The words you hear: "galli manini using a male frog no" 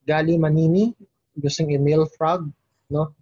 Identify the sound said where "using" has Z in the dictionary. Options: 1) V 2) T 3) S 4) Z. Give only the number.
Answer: 3